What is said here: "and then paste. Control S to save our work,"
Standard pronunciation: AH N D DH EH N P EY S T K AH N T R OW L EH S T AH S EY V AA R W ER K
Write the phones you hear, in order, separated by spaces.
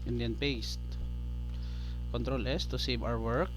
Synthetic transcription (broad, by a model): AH N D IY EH N P EY S T K AH N T R OW L EH S T AH S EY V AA W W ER K